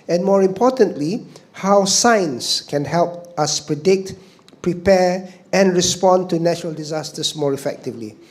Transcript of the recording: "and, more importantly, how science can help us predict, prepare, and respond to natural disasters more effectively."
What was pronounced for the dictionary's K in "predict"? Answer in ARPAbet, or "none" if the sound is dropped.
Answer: K